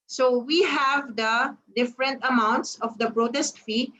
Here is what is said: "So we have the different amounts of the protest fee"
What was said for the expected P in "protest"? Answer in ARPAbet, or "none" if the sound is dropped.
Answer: B